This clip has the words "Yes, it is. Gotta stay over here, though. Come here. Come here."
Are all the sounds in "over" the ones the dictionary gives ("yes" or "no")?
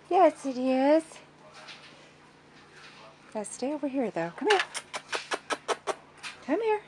no